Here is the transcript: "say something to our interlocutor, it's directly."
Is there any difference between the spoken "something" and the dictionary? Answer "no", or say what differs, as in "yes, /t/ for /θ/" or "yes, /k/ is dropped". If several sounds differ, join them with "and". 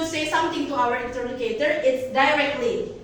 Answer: yes, /t/ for /θ/